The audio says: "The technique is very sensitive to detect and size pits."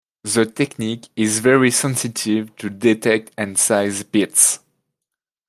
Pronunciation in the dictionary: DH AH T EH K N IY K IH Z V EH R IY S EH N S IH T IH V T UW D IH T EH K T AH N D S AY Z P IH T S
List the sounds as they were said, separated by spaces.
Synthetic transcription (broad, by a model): DH AH T EH K N IY K IH Z V EH R IY S EH N S IH T IH V T UW D IH T EH K T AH N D S AY Z B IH T S